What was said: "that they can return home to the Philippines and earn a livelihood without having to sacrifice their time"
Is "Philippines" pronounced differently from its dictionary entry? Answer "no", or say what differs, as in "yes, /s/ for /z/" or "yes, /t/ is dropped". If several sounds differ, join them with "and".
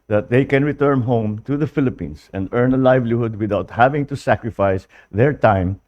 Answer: yes, /s/ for /z/